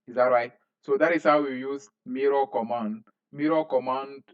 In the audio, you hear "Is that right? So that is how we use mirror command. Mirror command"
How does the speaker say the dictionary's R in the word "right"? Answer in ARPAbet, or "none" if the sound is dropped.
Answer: R